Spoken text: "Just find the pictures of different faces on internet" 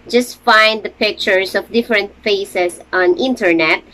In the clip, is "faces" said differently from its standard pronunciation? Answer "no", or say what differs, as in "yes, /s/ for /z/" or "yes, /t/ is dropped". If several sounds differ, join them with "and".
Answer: yes, /s/ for /z/